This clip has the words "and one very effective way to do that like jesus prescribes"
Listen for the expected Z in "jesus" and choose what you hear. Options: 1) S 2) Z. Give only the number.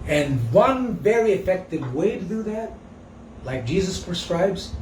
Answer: 2